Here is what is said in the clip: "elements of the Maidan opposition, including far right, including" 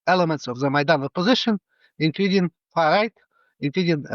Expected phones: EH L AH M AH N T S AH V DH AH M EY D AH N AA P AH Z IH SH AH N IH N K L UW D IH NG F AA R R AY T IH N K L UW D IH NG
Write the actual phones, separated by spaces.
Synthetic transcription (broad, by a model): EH L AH M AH N T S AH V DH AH M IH D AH N AA P AH Z IH SH AH N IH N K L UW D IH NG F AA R R AY T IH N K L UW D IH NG